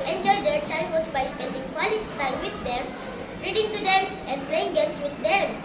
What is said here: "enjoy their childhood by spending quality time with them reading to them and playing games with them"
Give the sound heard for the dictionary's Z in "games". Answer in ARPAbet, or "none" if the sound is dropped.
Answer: S